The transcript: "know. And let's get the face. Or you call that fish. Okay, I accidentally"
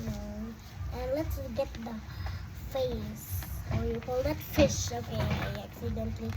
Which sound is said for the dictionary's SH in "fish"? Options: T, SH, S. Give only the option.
SH